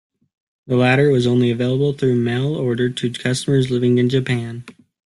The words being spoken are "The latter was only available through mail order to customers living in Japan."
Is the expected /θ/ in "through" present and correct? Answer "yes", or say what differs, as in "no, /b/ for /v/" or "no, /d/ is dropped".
yes